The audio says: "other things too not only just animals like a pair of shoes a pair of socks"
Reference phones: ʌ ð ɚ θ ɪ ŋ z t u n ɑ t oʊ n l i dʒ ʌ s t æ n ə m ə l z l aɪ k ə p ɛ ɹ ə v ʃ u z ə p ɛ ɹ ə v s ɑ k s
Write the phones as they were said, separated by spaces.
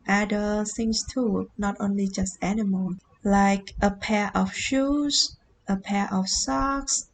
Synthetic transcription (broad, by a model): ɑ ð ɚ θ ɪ ŋ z t u n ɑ t oʊ n l i dʒ ʌ s t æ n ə m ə l l aɪ k ə p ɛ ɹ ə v ʃ u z ə p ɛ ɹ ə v s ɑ k s